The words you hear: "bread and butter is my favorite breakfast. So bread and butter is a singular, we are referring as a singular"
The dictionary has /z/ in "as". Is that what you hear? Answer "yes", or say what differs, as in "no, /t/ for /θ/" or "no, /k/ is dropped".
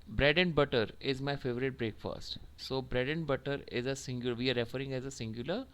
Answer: yes